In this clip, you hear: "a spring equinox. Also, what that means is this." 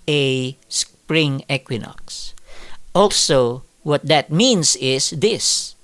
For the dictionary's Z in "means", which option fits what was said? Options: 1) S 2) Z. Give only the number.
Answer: 1